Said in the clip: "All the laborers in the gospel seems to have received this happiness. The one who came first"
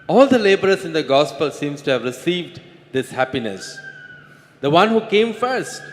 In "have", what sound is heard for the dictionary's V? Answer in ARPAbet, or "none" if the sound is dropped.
V